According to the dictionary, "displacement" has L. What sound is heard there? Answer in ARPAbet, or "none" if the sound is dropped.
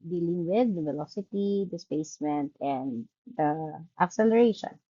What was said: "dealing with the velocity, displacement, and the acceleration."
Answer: none